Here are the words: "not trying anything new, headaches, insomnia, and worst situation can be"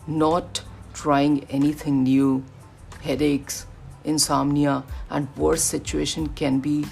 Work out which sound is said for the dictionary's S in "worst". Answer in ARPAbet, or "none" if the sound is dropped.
none